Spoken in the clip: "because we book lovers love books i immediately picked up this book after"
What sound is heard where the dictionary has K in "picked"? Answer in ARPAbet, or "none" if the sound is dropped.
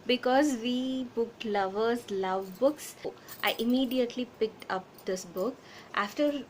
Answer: K